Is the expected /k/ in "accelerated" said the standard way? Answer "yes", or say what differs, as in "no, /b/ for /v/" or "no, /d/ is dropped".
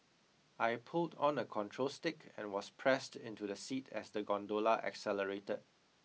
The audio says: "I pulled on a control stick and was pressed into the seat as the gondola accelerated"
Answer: yes